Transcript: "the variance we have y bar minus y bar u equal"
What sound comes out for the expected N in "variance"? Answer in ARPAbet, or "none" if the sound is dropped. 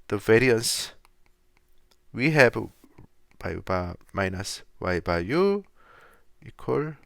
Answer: N